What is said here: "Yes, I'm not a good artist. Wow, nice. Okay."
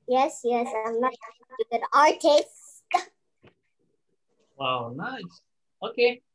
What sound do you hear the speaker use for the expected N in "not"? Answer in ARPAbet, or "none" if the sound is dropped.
L